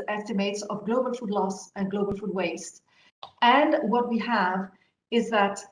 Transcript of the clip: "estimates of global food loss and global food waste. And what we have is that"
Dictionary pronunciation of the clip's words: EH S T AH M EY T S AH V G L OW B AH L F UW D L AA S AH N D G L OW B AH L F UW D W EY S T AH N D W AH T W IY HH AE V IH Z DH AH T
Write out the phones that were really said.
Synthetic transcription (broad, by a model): EH S T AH M EY T S AH V G L OW B AH L F UW D L AA S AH N G L OW B AH L F UW D W EY S T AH N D W AH T W IY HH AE V IH Z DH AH T